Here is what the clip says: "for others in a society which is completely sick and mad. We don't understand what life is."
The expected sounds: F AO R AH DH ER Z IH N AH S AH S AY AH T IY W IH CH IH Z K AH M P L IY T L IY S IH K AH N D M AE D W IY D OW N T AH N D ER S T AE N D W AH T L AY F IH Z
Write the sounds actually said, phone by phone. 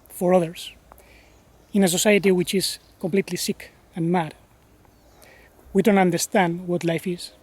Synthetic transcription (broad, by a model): F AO R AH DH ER S IH N AH S AH S AY AH T IY W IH CH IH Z K AH M P L IY T L IY S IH K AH N M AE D W IY D OW N T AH N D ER S T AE N D W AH T L AY F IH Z